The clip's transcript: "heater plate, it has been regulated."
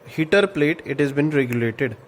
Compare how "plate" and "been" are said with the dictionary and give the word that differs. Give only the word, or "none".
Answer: none